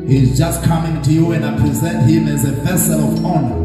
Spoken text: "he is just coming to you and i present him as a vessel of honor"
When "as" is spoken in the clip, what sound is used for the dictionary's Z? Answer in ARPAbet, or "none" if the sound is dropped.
Z